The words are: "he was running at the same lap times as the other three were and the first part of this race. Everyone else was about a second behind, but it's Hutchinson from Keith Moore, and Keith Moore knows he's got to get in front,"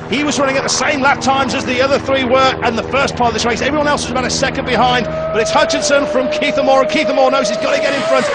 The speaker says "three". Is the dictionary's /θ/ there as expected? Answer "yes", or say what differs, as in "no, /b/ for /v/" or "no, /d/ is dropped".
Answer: yes